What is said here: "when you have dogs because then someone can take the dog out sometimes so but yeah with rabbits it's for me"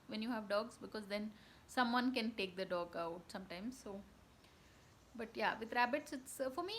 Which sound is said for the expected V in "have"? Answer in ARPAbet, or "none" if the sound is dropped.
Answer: V